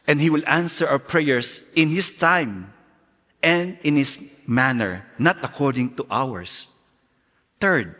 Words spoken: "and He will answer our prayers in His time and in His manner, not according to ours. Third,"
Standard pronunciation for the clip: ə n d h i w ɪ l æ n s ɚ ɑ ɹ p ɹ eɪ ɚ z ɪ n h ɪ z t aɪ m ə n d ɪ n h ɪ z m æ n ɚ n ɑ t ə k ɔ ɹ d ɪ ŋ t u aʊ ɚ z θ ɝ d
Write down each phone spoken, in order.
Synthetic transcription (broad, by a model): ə n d h i w ɪ l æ n s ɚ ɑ w p ɹ eɪ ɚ s ɪ n h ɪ s t aɪ m ə n d ɪ n h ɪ s m æ n ɚ n ɑ t ə k ɔ ɹ d ɪ ŋ t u aʊ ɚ s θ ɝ d